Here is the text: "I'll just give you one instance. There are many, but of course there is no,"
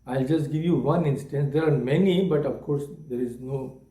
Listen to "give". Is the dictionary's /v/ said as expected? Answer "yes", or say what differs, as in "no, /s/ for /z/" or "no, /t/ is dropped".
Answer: yes